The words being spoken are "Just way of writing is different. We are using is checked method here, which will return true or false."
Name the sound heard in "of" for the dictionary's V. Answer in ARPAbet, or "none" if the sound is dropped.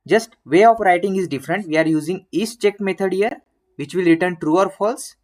P